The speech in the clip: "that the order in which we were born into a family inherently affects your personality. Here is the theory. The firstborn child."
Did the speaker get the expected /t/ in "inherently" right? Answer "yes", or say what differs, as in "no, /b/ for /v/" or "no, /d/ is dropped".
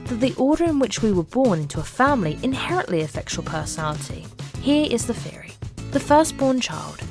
yes